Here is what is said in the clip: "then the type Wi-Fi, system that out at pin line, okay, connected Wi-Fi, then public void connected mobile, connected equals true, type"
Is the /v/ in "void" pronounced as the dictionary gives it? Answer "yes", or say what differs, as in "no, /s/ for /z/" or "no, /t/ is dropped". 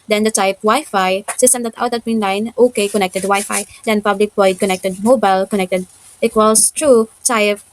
no, /b/ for /v/